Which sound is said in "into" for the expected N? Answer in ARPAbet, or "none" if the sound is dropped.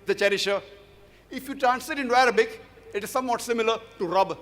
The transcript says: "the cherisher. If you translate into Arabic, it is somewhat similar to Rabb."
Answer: N